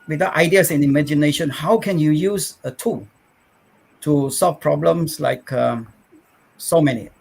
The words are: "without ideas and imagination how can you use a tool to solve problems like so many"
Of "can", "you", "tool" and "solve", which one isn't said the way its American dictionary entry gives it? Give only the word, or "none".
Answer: solve